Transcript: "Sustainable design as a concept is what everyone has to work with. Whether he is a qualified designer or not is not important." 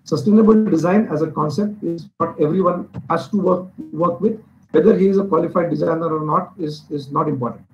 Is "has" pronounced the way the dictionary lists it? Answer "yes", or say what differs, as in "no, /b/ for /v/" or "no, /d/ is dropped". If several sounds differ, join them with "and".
no, /s/ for /z/